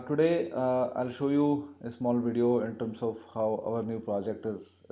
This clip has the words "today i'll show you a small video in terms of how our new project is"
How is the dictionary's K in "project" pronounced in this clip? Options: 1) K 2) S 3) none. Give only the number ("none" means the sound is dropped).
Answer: 1